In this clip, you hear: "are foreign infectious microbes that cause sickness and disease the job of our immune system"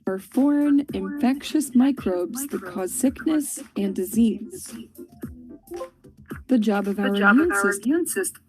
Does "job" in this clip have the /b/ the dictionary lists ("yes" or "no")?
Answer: yes